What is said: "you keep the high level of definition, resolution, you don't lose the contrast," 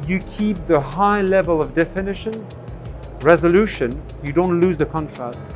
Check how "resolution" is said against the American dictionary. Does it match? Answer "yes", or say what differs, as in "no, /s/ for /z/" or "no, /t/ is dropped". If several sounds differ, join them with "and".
yes